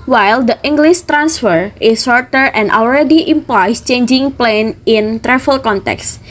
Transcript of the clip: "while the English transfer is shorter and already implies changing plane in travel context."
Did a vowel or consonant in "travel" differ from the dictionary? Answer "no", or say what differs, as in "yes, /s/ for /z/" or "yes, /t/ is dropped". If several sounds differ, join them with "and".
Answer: yes, /f/ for /v/